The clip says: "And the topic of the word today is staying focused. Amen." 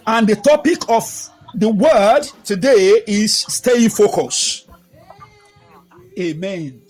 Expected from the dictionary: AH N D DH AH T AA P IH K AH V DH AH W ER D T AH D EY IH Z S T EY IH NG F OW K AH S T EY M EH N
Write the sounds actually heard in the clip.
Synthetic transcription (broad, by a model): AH N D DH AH T AA P IH K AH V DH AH W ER D T AH D EY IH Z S T EY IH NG F OW K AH S EY M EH N